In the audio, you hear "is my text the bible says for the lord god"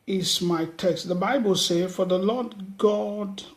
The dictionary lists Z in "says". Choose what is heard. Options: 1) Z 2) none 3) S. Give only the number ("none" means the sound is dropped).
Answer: 2